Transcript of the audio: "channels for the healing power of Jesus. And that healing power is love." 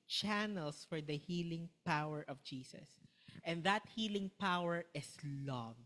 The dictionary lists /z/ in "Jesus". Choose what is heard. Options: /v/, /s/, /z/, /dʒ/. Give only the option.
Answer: /s/